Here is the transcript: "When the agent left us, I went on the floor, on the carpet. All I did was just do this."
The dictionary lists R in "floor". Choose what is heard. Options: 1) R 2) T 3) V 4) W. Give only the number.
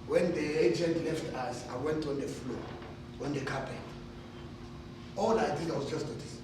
4